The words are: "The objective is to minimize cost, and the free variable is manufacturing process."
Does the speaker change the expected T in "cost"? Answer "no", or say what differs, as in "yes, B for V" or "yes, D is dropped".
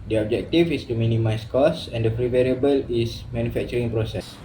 yes, T is dropped